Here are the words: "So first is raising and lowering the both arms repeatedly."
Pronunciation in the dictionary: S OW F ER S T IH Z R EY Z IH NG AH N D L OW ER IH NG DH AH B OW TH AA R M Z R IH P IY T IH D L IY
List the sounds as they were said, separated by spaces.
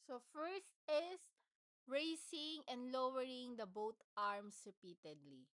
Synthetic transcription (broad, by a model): S OW F ER S T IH S R EY S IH NG AH N D L OW ER IH NG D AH B OW T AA R M S R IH P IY T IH D L IY